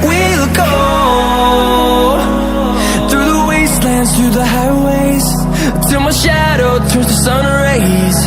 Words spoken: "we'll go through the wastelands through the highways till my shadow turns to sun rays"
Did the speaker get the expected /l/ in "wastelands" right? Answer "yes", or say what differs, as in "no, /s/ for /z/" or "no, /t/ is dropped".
yes